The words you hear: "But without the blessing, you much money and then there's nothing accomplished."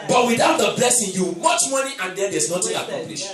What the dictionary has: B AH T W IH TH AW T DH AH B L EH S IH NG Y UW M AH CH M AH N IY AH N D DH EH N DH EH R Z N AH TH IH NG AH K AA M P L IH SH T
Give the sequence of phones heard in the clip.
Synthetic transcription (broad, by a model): B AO T W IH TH AW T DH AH B L EH S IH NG Y UW M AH CH M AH N IY AH N D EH N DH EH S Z N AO T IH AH K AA M P L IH SH